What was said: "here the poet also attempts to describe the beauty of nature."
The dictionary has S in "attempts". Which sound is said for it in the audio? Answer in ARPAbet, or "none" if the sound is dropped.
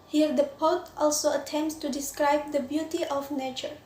S